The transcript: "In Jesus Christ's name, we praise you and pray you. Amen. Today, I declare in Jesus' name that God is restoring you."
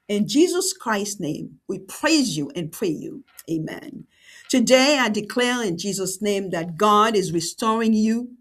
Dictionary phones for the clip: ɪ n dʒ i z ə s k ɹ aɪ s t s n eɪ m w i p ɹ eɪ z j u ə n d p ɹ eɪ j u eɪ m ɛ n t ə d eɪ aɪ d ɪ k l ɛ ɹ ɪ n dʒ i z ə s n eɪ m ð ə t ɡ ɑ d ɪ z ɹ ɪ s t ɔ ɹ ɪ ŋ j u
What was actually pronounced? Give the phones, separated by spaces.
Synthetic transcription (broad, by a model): ɪ n dʒ i z ə s k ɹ aɪ s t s n eɪ m w i p ɹ eɪ z j u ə n p ɹ eɪ j u eɪ m ɛ n t ə d eɪ aɪ d ɪ k l ɛ ɹ ɪ n dʒ i z ə s n eɪ m ð ə t ɡ ɑ d ɪ z ɹ ɪ s t ɔ ɹ ɪ ŋ j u